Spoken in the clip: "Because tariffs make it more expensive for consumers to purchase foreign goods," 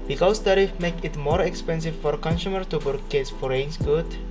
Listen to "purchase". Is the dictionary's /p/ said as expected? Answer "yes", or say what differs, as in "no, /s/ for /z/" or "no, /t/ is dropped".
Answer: no, /b/ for /p/